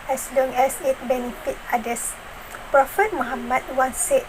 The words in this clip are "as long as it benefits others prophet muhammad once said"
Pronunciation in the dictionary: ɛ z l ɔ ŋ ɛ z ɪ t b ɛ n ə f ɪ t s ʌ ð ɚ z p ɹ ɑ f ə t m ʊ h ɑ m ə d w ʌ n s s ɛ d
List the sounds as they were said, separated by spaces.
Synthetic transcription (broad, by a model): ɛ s l ɔ ŋ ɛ s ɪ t b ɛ n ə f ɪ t ɑ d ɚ s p ɹ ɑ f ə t m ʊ h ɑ m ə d w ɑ n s s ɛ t